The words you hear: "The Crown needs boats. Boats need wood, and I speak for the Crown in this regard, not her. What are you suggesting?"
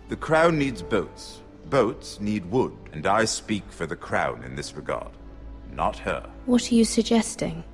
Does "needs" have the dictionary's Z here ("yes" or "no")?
yes